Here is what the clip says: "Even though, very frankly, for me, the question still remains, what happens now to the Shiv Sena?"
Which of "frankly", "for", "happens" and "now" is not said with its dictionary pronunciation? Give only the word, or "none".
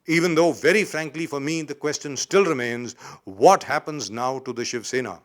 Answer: none